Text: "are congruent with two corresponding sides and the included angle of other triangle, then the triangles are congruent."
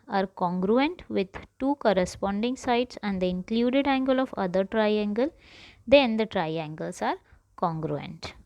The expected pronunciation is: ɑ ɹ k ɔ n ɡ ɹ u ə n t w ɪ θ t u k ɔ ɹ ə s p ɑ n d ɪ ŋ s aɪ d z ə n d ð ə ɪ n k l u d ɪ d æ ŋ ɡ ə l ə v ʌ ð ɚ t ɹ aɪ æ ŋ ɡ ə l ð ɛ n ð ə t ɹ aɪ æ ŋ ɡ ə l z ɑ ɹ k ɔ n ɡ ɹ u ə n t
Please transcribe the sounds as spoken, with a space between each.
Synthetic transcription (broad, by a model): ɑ ɹ k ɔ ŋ ɡ ɹ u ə n t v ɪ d t u k ɔ ɹ ə s p ɑ n d ɪ ŋ s aɪ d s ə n d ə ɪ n k l u d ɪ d æ ŋ ɡ ə l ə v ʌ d ɚ t ɹ aɪ æ ŋ ɡ ə l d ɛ n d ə t ɹ aɪ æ ŋ ɡ ə l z ɑ ɹ k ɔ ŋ ɡ ɹ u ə n t